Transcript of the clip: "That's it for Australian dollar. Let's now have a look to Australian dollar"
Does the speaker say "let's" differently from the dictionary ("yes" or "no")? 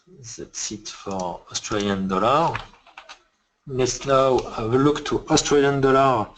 yes